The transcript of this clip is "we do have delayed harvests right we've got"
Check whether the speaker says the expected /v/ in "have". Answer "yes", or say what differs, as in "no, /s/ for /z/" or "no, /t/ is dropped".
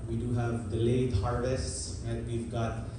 yes